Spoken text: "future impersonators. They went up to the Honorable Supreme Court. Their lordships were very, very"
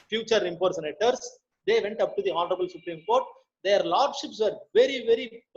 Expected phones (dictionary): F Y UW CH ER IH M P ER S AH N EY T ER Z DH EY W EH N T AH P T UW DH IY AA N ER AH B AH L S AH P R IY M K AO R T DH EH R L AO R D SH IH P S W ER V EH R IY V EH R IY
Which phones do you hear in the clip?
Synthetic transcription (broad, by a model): F Y UW CH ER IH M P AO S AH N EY T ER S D EY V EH N T AH P T UW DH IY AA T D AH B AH L S AH P R IY M K AO R T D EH R L AO R D SH IH P S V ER V EH R IY V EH R IY